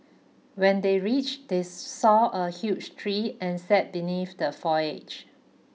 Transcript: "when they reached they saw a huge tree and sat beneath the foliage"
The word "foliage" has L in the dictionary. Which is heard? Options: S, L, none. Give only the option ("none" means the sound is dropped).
none